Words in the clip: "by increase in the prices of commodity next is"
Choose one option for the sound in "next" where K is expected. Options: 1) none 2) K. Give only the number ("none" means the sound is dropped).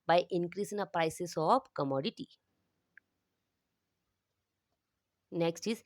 2